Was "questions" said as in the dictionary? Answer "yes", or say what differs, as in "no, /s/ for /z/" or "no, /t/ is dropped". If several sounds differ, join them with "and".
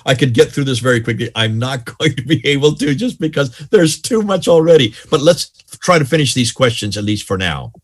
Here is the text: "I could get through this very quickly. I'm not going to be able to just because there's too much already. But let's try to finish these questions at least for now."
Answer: yes